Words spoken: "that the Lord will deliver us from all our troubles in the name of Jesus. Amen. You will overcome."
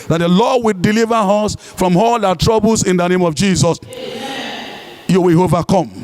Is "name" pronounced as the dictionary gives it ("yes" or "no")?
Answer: yes